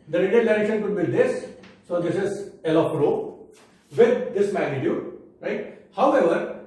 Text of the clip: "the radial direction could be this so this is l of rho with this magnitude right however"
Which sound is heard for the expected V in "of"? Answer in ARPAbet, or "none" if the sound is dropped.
P